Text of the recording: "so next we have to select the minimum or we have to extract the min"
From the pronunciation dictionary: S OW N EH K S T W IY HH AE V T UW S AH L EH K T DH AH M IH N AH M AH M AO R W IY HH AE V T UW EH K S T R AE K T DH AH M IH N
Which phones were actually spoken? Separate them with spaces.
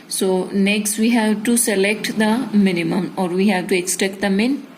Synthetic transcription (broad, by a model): S OW N EH K S T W IY HH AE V T UW S AH L EH K T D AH M IH N AH M AH M AO R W IY HH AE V T UW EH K S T EH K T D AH M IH N